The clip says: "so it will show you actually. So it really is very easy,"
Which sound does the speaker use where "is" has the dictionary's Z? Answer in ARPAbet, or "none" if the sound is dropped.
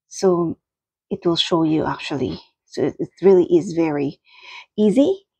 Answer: Z